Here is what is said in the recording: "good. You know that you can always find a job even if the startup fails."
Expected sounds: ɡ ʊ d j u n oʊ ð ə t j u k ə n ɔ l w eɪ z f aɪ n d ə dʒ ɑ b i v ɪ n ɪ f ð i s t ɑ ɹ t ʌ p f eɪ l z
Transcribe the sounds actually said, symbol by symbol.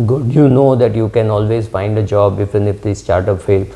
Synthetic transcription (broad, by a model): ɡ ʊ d j u n oʊ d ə t j u k ə n ɔ l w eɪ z f aɪ n d ə dʒ ɑ b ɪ f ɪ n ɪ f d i s t ɑ ɹ t ʌ p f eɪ l